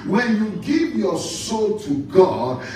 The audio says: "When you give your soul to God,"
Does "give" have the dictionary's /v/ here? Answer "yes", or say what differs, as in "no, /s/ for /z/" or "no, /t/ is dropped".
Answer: yes